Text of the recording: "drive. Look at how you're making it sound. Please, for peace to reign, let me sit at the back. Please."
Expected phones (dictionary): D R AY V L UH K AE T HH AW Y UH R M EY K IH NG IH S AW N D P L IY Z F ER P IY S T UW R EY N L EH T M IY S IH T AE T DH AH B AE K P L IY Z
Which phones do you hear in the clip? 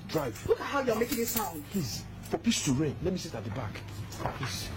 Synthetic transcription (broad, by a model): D R AY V L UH K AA T HH AW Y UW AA M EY K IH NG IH S AW N D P L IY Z F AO P IY S T UW R EY N L EH T M IY S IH T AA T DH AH B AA K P L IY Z